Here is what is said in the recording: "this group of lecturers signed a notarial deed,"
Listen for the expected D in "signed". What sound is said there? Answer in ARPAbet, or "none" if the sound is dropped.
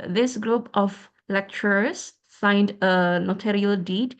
D